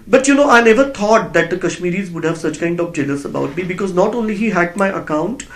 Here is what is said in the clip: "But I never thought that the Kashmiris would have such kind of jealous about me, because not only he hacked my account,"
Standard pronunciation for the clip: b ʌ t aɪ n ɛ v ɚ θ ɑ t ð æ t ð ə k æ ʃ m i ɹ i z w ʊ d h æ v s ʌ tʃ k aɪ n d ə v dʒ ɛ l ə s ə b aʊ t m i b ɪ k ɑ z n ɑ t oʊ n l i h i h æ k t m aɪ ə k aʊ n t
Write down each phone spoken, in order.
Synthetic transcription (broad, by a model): b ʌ t aɪ n ɛ v ɚ t ɑ t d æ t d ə k æ ʃ m i ɹ i z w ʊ d h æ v s ʌ tʃ k aɪ n d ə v dʒ ɛ l ə s ə b aʊ t m i b ɪ k ɑ z n ɑ t oʊ n l i h i h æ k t m aɪ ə k aʊ n t